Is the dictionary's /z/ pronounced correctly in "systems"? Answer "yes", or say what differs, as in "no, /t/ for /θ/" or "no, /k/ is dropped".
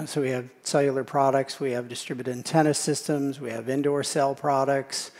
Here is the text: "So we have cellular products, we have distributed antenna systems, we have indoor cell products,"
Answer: yes